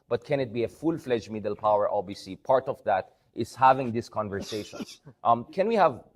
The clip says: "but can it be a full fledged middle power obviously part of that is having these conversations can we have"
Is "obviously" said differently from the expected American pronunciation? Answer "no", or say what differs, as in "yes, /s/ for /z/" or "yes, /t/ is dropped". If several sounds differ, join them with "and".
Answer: yes, /v/ is dropped and /l/ is dropped